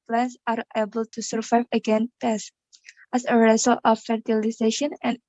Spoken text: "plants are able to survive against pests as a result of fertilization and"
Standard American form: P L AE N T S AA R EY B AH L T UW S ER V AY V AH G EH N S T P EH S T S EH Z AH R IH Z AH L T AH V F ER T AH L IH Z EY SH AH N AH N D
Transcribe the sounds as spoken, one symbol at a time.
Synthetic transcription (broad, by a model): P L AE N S AA R EY B AH L T UW S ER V AY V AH G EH N T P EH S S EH S AH R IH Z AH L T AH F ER T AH L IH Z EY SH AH N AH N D